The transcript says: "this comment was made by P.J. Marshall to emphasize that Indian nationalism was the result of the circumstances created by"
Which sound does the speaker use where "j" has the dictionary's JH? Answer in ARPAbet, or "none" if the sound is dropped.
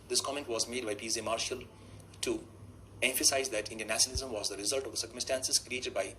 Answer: Z